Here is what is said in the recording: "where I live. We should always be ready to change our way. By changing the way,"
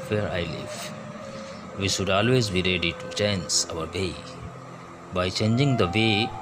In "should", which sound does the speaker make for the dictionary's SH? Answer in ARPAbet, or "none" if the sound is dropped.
SH